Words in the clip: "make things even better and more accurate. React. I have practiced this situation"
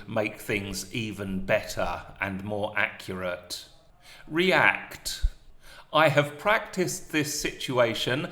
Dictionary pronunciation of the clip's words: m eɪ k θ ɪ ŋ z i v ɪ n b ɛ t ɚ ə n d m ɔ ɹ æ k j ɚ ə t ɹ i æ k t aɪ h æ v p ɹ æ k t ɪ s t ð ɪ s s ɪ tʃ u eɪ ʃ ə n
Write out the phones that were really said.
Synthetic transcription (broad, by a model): m eɪ k θ ɪ ŋ z i v ɪ n b ɛ t ɚ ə n m ɔ ɹ æ k j ɚ ə t ɹ i æ k t aɪ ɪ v p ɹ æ k t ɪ s ð ɪ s s ɪ tʃ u eɪ ʃ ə n